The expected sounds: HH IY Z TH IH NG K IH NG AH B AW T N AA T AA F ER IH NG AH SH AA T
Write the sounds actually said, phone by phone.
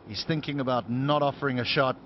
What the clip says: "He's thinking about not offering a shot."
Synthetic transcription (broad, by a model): HH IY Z TH IH NG K IH NG AH B AW T N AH T AA F ER IH NG AH SH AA T